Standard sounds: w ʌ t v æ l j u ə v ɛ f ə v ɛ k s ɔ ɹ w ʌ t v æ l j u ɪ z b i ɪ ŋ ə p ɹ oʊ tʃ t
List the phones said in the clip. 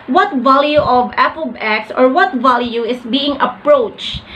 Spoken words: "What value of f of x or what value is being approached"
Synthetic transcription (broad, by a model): w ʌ t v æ l j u ə v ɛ p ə b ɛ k s ɔ ɹ w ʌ t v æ l j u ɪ s b i ɪ ŋ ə p ɹ oʊ tʃ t